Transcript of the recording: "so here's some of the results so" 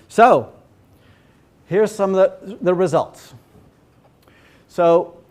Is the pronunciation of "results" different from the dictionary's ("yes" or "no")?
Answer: no